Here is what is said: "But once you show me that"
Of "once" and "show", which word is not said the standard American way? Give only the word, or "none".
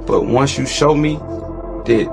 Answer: none